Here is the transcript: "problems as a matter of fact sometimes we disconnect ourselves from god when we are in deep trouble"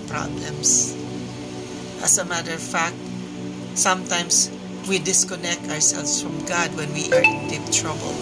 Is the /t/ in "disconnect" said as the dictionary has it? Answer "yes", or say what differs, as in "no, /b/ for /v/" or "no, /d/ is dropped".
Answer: yes